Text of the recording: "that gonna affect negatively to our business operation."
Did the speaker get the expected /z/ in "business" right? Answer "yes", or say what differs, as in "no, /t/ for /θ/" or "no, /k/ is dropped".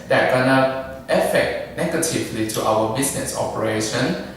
no, /s/ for /z/